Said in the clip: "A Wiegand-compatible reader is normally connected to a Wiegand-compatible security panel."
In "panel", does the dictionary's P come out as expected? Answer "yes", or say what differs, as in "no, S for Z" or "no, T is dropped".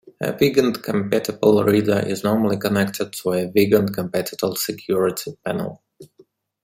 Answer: yes